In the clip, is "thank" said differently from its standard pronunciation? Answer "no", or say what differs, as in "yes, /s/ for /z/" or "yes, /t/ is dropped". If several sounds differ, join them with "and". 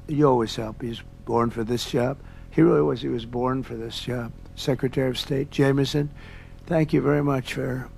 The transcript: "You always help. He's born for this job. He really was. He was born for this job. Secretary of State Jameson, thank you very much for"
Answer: no